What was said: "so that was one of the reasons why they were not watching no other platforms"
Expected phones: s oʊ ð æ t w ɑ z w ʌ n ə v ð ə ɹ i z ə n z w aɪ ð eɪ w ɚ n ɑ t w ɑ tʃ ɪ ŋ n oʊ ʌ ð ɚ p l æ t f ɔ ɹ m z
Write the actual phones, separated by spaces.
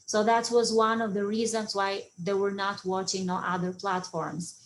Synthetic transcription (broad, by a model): s oʊ ð æ t w ɑ z w ʌ n ə v ð ə ɹ i z ə n z w aɪ ð eɪ w ɚ n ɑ t w ɑ tʃ ɪ ŋ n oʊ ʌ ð ɚ p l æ t f ɔ ɹ m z